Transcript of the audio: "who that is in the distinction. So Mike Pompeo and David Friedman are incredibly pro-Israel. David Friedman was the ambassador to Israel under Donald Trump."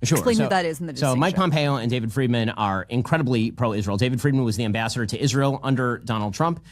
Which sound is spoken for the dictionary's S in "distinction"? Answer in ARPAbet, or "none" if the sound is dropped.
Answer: none